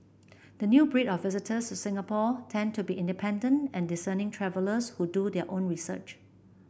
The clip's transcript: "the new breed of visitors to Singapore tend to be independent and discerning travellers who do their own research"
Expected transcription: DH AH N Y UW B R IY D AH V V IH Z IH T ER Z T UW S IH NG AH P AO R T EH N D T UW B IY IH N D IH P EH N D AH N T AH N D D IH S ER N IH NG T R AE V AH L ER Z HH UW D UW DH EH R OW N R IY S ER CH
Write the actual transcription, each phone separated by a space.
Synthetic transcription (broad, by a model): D AH N Y UW B R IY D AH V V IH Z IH T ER S T UW S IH NG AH P AO T EH N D T UW B IY IH N D IH P EH N D AH N T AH N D D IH S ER N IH NG T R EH V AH L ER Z HH UW D UW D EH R OW N R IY S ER CH